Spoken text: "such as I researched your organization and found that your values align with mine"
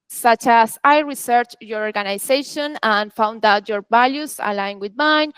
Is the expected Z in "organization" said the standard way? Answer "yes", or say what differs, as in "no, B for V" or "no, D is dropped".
no, S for Z